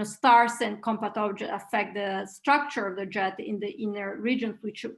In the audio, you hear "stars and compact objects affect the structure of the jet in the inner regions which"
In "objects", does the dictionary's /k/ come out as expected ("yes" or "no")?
no